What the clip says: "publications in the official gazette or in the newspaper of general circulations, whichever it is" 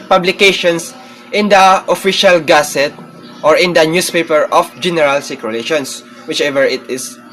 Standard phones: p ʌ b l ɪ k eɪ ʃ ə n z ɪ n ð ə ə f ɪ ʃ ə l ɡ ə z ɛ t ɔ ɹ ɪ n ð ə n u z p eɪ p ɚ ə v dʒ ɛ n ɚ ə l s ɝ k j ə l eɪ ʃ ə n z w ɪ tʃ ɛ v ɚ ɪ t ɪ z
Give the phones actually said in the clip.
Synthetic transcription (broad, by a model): p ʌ b l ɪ k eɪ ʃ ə n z ɪ n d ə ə f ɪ ʃ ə l ɡ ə s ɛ t ɔ ɹ ɪ n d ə n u s p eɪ p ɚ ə f dʒ ɛ n ɚ ə l s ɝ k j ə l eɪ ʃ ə n s w ɪ tʃ ɛ v ɚ ɪ t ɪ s